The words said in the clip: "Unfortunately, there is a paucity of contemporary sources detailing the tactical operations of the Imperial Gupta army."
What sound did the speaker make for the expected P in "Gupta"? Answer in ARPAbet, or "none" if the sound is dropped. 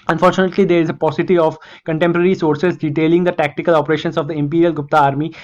P